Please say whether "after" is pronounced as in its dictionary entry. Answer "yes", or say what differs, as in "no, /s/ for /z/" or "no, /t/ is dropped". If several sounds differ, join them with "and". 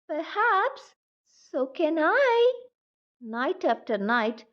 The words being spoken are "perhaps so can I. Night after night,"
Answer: yes